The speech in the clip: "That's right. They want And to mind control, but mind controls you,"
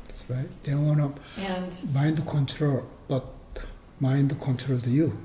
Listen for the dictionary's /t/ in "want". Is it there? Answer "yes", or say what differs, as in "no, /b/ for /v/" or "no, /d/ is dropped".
no, /t/ is dropped